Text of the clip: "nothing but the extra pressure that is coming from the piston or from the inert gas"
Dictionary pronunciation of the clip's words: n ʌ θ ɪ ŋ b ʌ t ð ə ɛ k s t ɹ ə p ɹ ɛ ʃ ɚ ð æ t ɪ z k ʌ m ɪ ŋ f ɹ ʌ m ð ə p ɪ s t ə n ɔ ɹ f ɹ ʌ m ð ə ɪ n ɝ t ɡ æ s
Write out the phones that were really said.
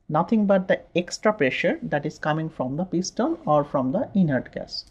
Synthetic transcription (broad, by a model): n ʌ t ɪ ŋ b ʌ t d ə ɛ k s t ɹ ə p ɹ ɛ ʃ ɚ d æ t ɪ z k ʌ m ɪ ŋ f ɹ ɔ m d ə p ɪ s t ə l ɔ ɹ f ɹ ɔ m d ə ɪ n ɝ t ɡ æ s